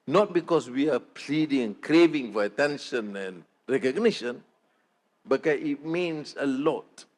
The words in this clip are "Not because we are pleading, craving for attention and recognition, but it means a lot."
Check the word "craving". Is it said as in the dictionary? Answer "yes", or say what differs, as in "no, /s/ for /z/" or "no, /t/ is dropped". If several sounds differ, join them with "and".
yes